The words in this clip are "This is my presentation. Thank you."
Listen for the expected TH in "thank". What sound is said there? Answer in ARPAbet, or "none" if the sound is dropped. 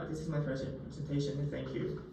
TH